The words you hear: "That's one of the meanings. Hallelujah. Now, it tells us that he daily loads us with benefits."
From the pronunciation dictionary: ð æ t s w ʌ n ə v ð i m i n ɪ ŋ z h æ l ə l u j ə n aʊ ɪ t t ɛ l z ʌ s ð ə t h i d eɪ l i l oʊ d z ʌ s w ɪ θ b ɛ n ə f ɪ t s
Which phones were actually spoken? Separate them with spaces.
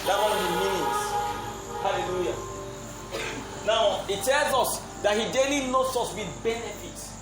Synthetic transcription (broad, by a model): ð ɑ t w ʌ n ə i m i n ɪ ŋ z h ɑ l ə l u j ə n aʊ ɪ t t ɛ l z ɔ s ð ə t h i d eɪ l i n oʊ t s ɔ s w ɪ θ b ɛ n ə f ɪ t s